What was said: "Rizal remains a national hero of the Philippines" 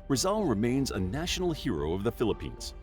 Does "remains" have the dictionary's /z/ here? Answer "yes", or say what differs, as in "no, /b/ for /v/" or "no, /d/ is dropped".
yes